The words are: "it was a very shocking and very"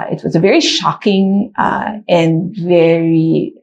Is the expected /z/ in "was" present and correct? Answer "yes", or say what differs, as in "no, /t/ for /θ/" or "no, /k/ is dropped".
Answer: yes